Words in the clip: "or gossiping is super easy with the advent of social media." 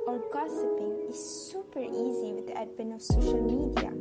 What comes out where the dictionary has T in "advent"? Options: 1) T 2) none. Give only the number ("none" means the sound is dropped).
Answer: 2